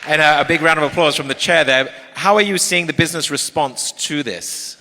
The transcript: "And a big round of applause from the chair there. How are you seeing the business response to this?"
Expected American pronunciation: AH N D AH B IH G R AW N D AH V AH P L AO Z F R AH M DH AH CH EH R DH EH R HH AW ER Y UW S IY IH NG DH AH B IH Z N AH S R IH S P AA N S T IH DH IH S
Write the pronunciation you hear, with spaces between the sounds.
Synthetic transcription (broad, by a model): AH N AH AH B IH G R AW N D AH V AH P L AO Z F R AH M DH AH CH EH R DH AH R HH AW ER Y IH S IY IH NG DH AH B IH Z N AH S R IH S P AA N S T IH DH IH S